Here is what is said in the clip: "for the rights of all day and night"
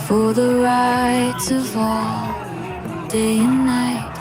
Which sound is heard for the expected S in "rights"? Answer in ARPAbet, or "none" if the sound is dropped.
none